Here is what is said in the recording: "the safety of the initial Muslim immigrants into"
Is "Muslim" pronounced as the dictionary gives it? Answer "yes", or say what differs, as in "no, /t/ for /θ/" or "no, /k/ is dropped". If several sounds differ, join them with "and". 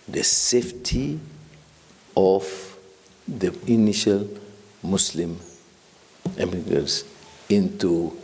no, /s/ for /z/